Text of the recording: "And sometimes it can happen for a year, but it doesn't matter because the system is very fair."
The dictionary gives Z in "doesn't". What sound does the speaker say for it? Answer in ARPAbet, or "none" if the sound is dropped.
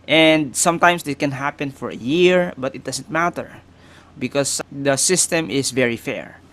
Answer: S